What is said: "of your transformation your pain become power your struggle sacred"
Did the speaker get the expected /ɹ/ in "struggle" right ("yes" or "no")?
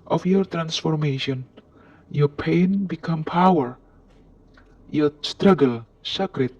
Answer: yes